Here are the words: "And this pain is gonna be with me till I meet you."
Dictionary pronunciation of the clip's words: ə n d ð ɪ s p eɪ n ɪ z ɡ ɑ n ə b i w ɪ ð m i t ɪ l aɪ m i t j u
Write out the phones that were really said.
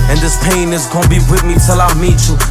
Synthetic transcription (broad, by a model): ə n ð ɪ s p eɪ n ɪ z ɡ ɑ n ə b i w ɪ ð m i t ɪ l aɪ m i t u